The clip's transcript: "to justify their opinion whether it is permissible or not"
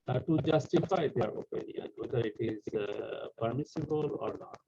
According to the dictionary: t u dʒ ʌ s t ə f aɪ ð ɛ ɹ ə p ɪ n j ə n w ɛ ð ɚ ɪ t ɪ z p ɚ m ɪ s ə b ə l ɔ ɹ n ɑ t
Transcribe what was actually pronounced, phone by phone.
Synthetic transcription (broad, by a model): t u dʒ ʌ s t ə f aɪ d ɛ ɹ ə p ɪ n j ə n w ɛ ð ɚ ɪ t ɪ z p ɚ m ɪ s ə b ə l ɔ ɹ n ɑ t